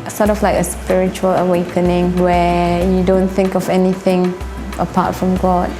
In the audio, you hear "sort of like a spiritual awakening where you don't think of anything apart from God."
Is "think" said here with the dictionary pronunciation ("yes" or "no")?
yes